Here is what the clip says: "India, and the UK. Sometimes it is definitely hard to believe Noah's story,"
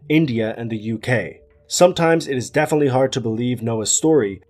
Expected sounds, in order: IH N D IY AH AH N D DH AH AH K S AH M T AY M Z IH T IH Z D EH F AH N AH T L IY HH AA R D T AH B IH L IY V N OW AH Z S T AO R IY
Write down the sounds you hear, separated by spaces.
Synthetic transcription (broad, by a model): IH N D IY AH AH N DH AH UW K S AH M T AY M Z IH T IH Z D EH F AH N AH T L IY HH AA R D T AH B IH L IY V N OW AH S T AO R IY